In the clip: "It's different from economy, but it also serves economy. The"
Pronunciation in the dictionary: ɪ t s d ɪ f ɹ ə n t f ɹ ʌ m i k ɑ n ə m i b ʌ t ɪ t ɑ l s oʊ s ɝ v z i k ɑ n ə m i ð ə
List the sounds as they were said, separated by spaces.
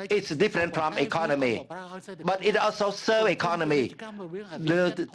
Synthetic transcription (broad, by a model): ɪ t s d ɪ f ɹ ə n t f ɹ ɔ m i k ɑ n ə m i b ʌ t ɪ t ɑ l s oʊ s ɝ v i k ɑ n ə m i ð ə